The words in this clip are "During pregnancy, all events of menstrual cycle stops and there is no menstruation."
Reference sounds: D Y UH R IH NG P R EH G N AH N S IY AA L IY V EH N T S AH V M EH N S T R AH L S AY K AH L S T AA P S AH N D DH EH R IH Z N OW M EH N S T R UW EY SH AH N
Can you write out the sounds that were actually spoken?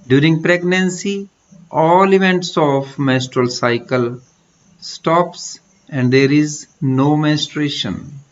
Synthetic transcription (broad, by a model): D Y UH R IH NG P R EH G N AH N S IY AA L IY V EH N T S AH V M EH S T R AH L S AY K AH L S T AA P S AH N D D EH R IH Z N OW M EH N S T R EY SH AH N